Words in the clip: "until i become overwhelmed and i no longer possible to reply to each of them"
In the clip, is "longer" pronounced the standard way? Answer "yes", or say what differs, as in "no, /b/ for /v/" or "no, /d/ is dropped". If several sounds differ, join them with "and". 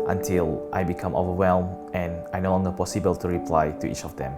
no, /n/ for /l/